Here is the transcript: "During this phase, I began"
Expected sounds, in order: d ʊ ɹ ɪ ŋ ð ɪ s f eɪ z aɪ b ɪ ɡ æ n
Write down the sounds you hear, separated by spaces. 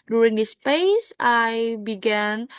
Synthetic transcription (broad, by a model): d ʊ ɹ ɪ ŋ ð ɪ s p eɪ s aɪ b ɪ ɡ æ n